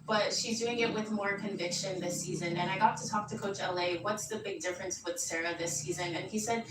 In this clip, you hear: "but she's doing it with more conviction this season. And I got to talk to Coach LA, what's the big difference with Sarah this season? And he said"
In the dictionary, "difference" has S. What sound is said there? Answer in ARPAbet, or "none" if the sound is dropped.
S